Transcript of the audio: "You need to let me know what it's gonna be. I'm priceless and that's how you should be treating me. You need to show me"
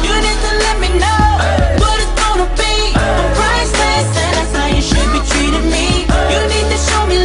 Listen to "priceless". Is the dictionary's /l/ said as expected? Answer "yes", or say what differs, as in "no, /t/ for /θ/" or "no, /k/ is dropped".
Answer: no, /l/ is dropped